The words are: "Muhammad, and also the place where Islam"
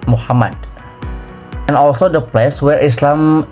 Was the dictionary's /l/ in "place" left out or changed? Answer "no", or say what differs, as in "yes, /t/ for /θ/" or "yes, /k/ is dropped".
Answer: no